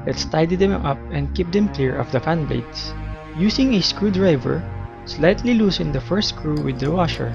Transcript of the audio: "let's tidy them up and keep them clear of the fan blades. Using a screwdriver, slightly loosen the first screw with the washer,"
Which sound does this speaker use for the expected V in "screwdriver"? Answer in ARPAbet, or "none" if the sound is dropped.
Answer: V